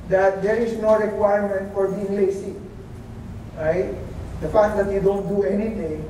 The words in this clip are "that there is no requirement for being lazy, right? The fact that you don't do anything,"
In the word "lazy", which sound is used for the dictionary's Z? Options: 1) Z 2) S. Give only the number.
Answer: 2